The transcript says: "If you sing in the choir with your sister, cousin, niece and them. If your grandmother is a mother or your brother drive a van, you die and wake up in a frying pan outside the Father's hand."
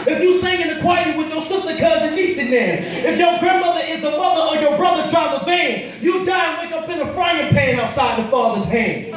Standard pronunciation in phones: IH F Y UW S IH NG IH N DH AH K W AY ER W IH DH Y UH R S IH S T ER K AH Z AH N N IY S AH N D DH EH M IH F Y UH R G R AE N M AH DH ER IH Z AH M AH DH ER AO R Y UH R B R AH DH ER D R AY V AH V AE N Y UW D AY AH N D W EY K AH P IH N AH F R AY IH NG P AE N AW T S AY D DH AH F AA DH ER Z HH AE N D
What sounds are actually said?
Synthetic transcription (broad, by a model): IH F Y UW S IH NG IH N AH K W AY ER W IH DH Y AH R S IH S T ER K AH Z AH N L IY S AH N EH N IH F Y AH R G R AE N M AH DH ER IH Z AH M AH DH ER R Y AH R B R AH DH ER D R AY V AH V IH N Y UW D AY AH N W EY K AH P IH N AH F R AY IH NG P AE N AW T S AY D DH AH F AA DH ER Z HH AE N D